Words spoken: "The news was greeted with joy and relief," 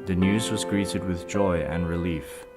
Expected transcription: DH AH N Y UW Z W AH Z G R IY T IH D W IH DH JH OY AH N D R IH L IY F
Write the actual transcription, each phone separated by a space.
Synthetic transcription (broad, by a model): DH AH N Y UW Z W AH Z G R IY T IH D W IH DH JH OY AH N R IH L IY F